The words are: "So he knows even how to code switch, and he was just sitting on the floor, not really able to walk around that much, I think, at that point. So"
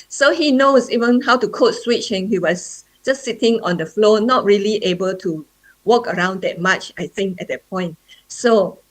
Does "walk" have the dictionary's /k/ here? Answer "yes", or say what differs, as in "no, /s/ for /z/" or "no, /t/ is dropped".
yes